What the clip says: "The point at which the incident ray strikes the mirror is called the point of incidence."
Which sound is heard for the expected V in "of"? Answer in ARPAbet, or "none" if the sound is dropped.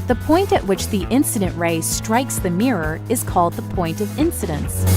V